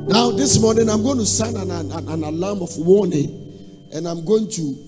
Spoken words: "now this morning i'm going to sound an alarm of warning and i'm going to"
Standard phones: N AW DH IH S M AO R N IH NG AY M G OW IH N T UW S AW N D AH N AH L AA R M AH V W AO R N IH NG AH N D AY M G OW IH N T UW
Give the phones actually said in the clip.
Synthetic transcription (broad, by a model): N AW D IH S M AO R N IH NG AY M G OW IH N T UW S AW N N AH N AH N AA L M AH F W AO N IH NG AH N AY M G OW IH N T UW